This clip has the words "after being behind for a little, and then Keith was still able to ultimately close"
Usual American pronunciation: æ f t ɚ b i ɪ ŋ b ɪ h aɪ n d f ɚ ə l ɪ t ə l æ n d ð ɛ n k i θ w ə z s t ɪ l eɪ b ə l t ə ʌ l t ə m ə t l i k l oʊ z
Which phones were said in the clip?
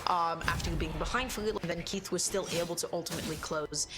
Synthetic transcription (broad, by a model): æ f t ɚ b i ɪ ŋ b ɪ h aɪ n d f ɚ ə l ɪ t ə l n ð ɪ n k i θ w ə z s t ɪ l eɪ b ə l t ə ʌ l t ə m ə t l i k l oʊ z